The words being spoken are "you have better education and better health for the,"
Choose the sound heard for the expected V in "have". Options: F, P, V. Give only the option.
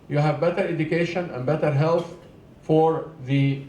V